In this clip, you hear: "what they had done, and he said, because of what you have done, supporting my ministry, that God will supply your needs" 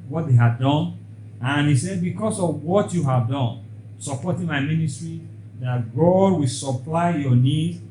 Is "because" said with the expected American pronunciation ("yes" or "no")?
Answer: no